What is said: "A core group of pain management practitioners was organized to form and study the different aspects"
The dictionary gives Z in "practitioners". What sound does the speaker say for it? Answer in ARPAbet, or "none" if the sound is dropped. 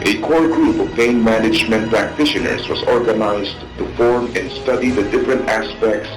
S